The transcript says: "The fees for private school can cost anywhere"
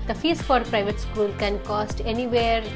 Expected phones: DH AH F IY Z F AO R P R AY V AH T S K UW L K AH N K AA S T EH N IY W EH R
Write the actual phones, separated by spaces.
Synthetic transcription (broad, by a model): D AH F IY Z F AO R P R AY V AH T S K UW L K AH N K AA S T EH N IY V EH R